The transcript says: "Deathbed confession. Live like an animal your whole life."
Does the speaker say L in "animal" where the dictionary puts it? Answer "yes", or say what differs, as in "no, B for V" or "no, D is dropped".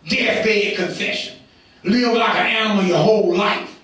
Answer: no, N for L